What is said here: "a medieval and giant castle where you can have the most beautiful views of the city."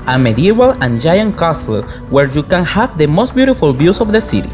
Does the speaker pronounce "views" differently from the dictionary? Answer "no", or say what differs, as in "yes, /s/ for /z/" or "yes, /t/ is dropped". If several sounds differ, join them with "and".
yes, /b/ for /v/